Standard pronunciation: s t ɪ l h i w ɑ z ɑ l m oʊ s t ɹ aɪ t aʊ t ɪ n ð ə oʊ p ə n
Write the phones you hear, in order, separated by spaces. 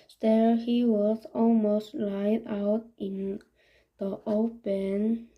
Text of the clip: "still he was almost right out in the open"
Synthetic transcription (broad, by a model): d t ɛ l h i w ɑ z ɑ l m oʊ s t l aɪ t aʊ t ɪ n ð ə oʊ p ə n